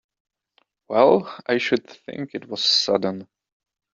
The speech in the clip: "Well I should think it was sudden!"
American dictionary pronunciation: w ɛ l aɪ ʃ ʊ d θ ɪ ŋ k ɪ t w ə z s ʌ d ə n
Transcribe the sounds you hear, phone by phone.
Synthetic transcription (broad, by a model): w ɛ l aɪ ʃ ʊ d θ ɪ ŋ k ɪ t w ə z s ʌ d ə n